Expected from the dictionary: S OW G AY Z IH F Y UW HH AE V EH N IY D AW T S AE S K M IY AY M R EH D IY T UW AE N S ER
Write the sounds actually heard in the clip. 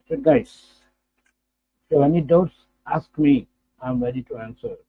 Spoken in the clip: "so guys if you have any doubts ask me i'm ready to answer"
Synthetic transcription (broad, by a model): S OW G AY IH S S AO EH N IY D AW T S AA S K M IY AY M R EH D IY T UW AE N S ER